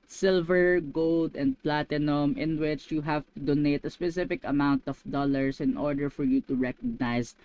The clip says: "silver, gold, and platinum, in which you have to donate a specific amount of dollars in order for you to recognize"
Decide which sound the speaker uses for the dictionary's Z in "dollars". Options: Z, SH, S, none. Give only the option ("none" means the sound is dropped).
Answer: S